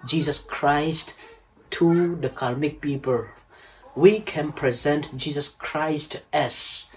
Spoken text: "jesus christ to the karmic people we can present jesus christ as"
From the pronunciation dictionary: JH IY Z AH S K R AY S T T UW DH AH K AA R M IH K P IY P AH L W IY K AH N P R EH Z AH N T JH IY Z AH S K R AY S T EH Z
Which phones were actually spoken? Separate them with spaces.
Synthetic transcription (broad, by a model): JH IY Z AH S K R AY S T T UW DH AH K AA L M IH K P IY P AH L W IY K AH N P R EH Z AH N T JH IY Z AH S K R AY S T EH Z